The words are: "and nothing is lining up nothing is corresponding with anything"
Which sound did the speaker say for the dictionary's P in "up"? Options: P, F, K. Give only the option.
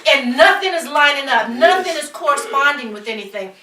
F